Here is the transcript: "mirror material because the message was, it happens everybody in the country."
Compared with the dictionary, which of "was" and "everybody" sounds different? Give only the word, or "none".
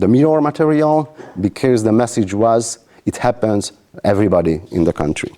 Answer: none